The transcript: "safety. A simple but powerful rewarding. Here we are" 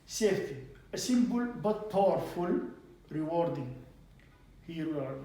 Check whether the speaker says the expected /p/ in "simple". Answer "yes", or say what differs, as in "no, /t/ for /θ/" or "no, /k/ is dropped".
no, /b/ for /p/